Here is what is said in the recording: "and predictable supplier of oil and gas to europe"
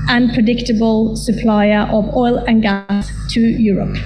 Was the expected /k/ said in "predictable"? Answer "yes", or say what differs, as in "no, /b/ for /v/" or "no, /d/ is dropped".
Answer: yes